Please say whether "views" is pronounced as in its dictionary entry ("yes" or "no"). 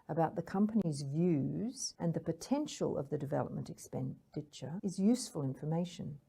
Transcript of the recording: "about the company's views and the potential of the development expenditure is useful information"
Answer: yes